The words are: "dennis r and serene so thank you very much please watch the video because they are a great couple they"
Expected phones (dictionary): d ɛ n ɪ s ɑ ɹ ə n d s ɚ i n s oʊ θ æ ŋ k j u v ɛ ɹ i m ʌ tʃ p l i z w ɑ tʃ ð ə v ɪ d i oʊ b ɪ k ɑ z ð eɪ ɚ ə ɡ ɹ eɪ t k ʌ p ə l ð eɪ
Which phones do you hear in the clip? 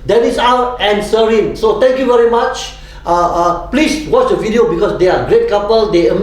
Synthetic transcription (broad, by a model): d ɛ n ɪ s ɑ w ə n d s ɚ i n s oʊ t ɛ ŋ k j u v ɛ ɹ i m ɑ tʃ p l i s w ɑ tʃ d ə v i d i oʊ b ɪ k ɑ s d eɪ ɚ ə ɡ ɹ eɪ t k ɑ p ə l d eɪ